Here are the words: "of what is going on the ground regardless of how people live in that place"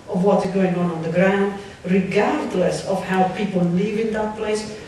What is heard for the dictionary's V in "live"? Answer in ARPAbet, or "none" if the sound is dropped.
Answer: V